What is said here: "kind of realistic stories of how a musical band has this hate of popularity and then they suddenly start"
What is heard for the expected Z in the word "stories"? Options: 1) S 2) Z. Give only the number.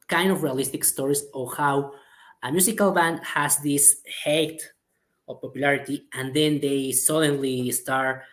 1